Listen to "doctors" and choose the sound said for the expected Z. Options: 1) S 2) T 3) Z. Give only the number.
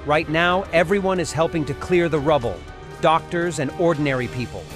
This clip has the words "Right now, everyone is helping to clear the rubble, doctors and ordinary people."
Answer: 3